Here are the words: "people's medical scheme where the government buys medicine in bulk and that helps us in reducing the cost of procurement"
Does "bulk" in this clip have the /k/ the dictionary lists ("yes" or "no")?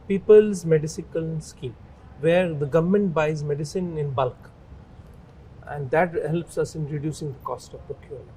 yes